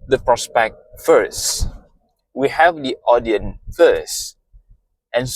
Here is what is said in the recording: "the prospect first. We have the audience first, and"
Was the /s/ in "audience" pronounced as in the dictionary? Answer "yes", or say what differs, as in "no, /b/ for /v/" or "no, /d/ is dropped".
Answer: no, /s/ is dropped